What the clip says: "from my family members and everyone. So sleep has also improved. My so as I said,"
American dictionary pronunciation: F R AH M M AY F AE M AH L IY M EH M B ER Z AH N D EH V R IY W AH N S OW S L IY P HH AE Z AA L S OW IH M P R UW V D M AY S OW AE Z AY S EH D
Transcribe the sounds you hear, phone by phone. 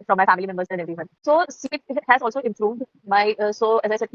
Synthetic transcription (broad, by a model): F R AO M M AY F AE M AH L IY M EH M B ER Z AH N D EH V R IY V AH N S OW S IY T HH AE Z AA L S OW IH M P R UW V D M AY S OW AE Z AY S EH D